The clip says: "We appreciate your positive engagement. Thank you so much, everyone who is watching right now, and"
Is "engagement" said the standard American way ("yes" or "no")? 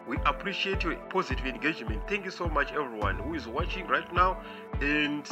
yes